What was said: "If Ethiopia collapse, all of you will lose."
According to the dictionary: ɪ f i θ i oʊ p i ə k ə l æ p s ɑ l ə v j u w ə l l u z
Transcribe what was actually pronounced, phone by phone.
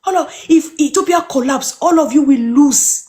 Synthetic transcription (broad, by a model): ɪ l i f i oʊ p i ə k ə l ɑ p s ɑ l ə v j u w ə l l u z